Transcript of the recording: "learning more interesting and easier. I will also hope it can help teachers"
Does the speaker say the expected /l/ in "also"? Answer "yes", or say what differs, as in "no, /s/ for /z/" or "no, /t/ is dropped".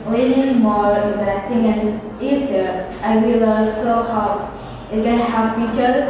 no, /l/ is dropped